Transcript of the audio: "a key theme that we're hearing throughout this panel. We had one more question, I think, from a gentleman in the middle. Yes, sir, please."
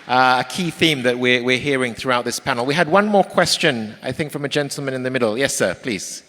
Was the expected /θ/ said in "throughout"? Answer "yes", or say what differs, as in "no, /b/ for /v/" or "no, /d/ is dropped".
yes